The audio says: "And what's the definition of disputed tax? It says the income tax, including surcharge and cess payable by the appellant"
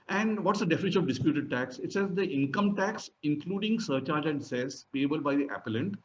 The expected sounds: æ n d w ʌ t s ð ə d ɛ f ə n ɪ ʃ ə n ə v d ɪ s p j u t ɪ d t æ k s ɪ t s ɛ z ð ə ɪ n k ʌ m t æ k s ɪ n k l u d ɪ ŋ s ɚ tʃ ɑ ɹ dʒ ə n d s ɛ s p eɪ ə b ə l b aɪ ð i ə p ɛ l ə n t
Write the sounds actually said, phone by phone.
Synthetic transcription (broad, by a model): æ n d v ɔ t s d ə d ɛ f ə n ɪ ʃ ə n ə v d ɪ s p j u t ɪ d t æ k s ɪ t s ɛ z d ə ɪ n k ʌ m t æ k s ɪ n k l u d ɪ ŋ s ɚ tʃ ɑ ɹ dʒ ə n d s ɛ s b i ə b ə l b aɪ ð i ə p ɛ l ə n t